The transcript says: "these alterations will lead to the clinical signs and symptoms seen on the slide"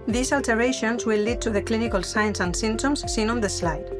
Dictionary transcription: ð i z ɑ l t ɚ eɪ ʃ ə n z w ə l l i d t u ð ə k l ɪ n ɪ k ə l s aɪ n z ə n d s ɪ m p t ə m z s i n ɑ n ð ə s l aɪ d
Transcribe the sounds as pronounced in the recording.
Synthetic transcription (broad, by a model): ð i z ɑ l t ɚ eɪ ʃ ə n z w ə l l i d t u ð ə k l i n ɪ k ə l s aɪ n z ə n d s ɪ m t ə m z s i n ɑ n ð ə s l aɪ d